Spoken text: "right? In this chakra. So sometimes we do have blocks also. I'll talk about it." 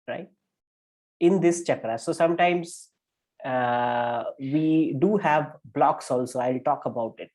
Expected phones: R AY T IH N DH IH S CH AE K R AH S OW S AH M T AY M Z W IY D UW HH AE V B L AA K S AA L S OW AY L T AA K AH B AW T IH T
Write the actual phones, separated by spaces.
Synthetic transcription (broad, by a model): R AY T IH N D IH S CH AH K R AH S OW S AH M T AY M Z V IY D UW HH AE V B L AA K S AA L S OW AY L T AA K AH B AW T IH T